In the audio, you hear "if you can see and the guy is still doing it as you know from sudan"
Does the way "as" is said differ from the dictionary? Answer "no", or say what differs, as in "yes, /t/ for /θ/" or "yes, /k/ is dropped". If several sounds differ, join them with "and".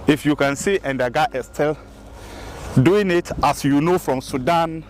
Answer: yes, /s/ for /z/